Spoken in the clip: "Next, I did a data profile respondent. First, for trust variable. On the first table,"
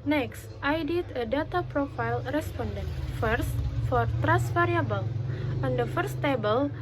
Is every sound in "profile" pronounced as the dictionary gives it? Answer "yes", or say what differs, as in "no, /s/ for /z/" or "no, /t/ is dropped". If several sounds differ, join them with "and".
yes